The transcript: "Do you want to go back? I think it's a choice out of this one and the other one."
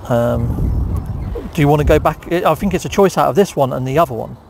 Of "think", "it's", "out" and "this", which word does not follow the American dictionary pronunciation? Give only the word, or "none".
none